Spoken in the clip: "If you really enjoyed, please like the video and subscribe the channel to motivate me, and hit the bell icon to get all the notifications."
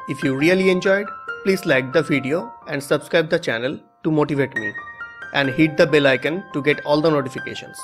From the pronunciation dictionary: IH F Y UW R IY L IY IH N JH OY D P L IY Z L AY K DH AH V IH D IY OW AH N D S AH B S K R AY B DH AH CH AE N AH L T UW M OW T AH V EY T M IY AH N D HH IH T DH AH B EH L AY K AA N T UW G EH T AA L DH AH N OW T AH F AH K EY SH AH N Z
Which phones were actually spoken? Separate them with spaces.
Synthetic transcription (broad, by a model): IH F Y UW R IY L IY IH N JH OY D P L IY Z L AY K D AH V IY D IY OW AH N D S AH B S K R AY B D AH CH AE N AH L T UW M OW T AH V EY T M IY AH N D HH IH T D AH B EH L AY K AA N T UW G EH T AA L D AH N OW T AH F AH K EY SH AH N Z